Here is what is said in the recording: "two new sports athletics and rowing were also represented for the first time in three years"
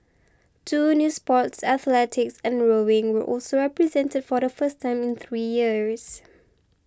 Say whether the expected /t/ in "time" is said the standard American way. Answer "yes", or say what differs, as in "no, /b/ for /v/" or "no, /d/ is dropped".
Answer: yes